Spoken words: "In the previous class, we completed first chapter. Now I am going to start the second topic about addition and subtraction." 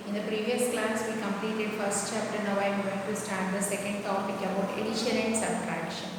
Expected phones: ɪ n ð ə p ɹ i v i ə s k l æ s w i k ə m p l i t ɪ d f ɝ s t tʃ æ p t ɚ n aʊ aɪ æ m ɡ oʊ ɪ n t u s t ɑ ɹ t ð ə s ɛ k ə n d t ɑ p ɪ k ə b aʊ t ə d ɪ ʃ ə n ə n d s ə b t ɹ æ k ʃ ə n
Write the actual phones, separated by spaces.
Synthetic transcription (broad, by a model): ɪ n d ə p ɹ i v i ə s k l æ s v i k ə m p l i t ɪ d f ɝ s t tʃ æ p t ɚ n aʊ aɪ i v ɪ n t u s t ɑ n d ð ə s ɛ k ə n d t ɑ p ɪ k ə b aʊ t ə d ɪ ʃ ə l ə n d s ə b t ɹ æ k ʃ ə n